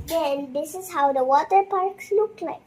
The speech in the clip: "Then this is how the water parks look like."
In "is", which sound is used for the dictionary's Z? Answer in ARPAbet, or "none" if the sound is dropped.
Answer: Z